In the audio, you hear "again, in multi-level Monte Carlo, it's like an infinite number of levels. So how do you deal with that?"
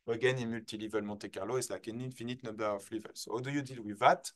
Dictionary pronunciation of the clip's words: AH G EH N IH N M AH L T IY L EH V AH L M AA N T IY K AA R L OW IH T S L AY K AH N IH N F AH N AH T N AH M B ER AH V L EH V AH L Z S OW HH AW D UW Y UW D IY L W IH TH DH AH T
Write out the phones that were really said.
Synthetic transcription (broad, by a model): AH G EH N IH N M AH L T IY L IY V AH L M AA T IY K AA R L OW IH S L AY K AH N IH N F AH N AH T N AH B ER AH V L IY V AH L S OW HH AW D UW Y UW D IY L W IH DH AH T